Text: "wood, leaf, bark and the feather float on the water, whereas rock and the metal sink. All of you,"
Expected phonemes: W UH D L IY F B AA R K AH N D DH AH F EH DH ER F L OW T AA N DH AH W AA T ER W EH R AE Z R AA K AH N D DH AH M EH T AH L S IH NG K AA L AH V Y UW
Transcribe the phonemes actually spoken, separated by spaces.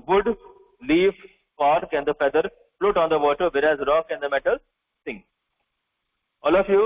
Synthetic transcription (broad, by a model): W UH D L IY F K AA R K AH N D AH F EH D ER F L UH T AA N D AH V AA T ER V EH R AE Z R AA K AH N D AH M EH T AH L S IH NG AA L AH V Y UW